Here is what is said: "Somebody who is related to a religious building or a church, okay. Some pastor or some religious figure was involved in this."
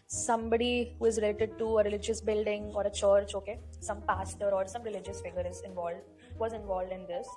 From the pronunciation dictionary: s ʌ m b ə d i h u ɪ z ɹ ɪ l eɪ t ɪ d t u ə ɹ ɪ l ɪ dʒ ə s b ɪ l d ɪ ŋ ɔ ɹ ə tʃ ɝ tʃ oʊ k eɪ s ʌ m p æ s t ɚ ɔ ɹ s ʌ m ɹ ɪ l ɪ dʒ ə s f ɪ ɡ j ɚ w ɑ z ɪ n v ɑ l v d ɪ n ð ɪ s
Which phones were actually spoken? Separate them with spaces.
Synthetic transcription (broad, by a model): s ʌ m b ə d i h u ɪ z ɹ ɪ l eɪ t ɪ d t u ə ɹ ɪ l ɪ dʒ ə s b ɪ l d ɪ ŋ ɔ ɹ ə tʃ ɝ tʃ oʊ k eɪ s ʌ m p æ s t ɚ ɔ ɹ s ʌ m ɹ ɪ l ɪ dʒ ə s f ɪ ɡ ɚ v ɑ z ɪ n v ɑ l v d ɪ n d ɪ s